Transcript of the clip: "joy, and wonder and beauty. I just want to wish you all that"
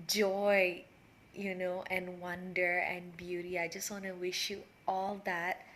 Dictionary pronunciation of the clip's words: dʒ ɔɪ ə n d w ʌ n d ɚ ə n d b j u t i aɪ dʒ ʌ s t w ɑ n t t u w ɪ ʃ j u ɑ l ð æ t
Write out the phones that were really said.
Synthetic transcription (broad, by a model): dʒ ɔɪ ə n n w ʌ n d ɚ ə n b j u t i aɪ dʒ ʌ s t w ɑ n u w ɪ ʃ j u ɑ l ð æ t